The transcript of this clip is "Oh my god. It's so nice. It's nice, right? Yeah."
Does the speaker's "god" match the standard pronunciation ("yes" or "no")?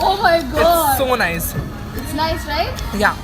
no